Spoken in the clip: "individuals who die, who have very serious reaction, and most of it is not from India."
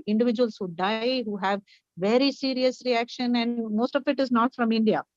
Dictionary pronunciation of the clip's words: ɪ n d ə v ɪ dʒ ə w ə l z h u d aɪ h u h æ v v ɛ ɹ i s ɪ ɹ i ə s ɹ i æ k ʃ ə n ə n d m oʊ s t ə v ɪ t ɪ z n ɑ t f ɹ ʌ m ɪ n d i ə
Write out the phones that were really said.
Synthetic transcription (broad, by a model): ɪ n d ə v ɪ dʒ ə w ə l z h u d aɪ h u h æ v v ɛ ɹ i s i ɹ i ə s ɹ i æ k ʃ ə n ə n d m oʊ s t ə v ɪ t ɪ z n ɑ t f ɹ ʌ m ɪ n d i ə